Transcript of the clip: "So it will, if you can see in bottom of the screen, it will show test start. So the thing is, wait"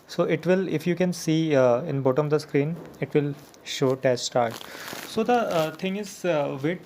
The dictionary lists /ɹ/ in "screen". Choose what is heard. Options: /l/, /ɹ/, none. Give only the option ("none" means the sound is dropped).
/ɹ/